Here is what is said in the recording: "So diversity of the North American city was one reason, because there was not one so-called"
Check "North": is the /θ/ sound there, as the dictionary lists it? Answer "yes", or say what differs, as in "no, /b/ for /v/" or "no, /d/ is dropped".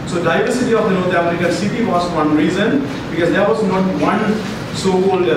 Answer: no, /t/ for /θ/